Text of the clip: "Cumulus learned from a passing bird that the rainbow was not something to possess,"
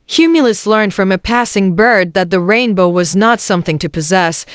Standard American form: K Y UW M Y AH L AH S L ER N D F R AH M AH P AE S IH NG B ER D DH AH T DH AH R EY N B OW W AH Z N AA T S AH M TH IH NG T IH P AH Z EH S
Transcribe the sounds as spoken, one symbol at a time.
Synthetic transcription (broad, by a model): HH Y UW M Y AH L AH S L ER N D F R AH M AH P AE S IH NG B ER D DH AH T DH AH R EY N B OW W AH Z N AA T S AH M TH IH NG T IH P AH Z EH S